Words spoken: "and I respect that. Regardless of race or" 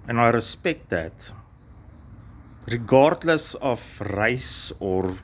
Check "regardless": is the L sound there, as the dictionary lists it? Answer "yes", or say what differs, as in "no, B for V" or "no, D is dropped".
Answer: yes